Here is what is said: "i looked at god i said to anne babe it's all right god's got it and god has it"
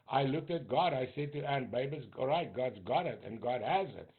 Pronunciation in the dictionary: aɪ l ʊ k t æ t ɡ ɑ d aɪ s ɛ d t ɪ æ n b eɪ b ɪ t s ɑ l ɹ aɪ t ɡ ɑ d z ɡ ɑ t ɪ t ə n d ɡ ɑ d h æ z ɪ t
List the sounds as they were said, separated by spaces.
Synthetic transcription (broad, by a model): aɪ l ʊ k t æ t ɡ ɑ d aɪ s ɛ d t ɪ æ n b eɪ b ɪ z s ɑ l ɹ aɪ t ɡ ɑ d z ɡ ɑ t ɪ t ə n ɡ ɑ d h æ z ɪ t